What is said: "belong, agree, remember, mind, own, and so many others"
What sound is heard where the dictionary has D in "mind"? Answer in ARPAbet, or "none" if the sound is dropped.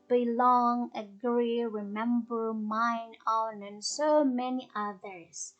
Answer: none